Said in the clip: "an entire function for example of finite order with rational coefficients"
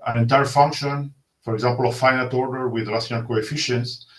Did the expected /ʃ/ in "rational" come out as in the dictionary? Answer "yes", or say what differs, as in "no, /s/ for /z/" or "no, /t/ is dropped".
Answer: no, /s/ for /ʃ/